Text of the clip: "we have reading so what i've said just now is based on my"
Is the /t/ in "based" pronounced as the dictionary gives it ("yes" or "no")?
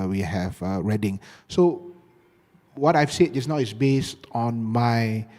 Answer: yes